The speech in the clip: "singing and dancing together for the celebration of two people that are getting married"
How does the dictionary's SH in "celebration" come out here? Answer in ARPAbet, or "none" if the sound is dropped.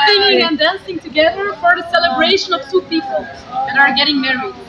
SH